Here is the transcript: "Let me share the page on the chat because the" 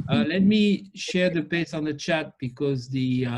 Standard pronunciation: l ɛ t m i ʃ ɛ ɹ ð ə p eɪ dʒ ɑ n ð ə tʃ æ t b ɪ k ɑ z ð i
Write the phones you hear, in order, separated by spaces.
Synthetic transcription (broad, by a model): l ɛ t m i ʃ ɛ ɹ ð ə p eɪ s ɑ n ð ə tʃ æ t b ɪ k ɑ z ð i